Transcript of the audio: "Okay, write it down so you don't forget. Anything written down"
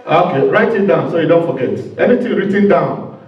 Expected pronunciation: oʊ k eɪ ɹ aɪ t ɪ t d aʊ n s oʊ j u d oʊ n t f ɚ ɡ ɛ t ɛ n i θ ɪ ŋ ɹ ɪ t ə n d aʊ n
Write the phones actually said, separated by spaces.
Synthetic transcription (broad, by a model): oʊ k eɪ ɹ aɪ t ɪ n d aʊ n s oʊ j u d oʊ n t f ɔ ɡ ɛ t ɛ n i t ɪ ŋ ɹ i t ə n d aʊ n